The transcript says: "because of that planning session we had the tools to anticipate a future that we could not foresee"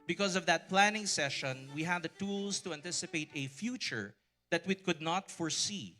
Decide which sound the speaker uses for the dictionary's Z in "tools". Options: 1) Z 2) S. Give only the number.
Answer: 2